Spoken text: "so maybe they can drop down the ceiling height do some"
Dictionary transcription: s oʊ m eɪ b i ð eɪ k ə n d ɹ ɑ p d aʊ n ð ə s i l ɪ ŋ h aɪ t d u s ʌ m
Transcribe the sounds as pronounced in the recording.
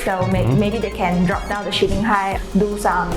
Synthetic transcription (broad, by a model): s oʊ m eɪ b i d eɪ k ə n d ɹ ɑ p d aʊ n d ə ʃ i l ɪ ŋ h aɪ d u s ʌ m